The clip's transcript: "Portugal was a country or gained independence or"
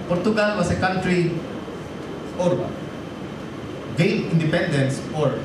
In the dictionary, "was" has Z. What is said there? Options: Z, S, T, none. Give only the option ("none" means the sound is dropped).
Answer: S